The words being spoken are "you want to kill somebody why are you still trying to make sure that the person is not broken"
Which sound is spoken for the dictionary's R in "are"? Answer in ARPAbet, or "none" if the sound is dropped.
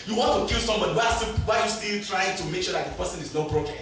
W